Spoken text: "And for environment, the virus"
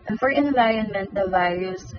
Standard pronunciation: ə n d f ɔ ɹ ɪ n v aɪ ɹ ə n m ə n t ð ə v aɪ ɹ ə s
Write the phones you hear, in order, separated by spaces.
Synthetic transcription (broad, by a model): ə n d f ɔ ɹ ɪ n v aɪ ə n m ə n t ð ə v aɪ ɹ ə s